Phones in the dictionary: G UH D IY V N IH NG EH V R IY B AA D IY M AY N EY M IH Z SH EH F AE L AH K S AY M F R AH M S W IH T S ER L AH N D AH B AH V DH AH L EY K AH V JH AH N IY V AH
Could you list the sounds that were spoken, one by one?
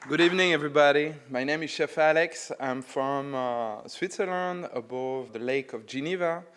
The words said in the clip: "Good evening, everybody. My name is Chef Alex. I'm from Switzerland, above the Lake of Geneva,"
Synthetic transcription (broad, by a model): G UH D IY V N IH NG EH V R IY B AA D IY M AY N EY M IH Z SH EH F AE L AH K S AY M F R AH M S W IH T S ER L AH N D AH B AH V DH AH L EY K AH V JH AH N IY V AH